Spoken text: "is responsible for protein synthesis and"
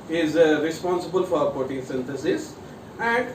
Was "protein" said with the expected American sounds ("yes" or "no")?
no